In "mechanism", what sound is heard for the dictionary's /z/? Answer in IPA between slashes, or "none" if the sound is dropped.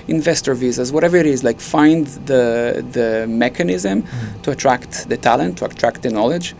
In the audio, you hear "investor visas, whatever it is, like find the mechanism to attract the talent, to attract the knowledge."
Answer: /z/